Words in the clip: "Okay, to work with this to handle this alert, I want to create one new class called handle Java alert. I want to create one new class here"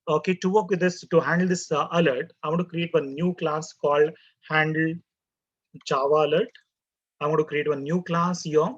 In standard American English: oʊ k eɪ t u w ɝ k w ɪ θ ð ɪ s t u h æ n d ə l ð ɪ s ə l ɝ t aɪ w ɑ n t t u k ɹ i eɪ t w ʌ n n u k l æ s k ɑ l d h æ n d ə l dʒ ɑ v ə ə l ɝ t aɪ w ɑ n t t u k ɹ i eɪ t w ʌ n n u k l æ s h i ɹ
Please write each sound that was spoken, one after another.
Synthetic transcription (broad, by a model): oʊ k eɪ t u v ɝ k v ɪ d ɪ s t u h æ n d ə l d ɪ s ə l ɝ t aɪ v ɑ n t t u k ɹ i eɪ t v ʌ n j u k l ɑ s k ɑ l d h æ n d ə l tʃ ɑ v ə ə l ɝ t aɪ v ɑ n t t u k ɹ i eɪ t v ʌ n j u k l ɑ s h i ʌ